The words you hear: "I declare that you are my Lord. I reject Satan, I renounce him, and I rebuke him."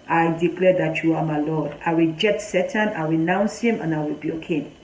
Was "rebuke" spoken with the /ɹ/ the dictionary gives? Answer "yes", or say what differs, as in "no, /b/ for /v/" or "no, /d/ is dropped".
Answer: no, /w/ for /ɹ/